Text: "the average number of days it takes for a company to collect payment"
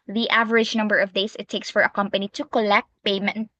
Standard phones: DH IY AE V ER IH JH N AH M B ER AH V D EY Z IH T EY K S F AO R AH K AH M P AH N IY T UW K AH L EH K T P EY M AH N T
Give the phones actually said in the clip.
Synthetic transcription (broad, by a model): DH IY AE V ER IH JH N AH M B ER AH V D EY S IH T EY K S F AO R AH K AH M P AH N IY T UW K AH L EH K T P EY M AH N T